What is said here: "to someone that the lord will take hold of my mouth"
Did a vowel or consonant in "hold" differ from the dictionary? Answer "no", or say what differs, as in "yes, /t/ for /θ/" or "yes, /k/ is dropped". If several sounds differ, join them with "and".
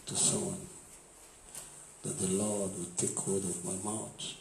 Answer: yes, /l/ is dropped